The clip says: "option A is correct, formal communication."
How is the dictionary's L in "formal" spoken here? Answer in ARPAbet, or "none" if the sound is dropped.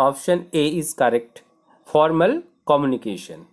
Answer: L